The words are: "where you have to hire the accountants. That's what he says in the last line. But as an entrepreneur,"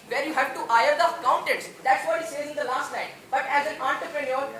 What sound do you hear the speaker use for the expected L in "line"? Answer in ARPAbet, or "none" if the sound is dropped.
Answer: N